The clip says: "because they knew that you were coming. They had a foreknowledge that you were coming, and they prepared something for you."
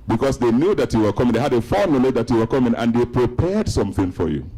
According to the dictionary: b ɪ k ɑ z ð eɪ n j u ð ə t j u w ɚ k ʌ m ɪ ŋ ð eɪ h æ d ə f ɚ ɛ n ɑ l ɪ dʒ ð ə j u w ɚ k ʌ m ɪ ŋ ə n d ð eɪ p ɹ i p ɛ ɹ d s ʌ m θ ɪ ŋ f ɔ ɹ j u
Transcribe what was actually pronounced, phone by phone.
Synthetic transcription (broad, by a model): b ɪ k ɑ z ð eɪ n j u ð ə t j u w ɚ k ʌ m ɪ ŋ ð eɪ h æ d ə f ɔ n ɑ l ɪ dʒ ð ə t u w ɚ k ʌ m ɪ ŋ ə n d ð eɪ p ɹ i p ɛ ɹ d s ʌ m θ ɪ ŋ f ɔ ɹ j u